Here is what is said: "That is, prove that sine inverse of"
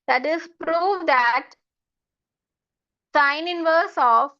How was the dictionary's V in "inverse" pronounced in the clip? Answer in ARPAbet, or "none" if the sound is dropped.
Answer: V